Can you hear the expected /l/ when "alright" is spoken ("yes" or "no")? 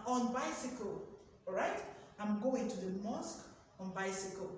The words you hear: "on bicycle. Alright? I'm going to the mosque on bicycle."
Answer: no